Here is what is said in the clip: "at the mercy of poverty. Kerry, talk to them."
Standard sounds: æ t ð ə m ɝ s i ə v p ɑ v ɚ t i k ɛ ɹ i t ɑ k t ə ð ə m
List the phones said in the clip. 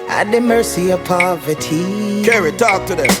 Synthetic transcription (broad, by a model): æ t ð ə m ɝ s i ə v p ɑ v ɚ t i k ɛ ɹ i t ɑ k t ə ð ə